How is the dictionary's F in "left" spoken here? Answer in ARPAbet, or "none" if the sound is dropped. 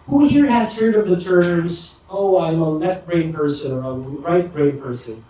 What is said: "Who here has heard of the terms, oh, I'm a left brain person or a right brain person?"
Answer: none